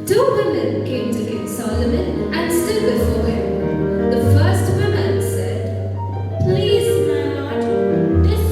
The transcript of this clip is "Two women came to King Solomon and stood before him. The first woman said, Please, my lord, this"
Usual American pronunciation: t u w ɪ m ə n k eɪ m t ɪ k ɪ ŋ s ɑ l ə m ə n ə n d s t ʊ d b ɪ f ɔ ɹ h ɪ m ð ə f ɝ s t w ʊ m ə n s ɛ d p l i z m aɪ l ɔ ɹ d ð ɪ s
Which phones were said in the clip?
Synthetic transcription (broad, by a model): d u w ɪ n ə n k eɪ m t ɪ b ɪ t s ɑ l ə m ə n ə n s t ʊ d b ɪ f ɔ ɹ h ɪ m ð ə f ɝ s t w ʊ m ə n s ɛ d p l i z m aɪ n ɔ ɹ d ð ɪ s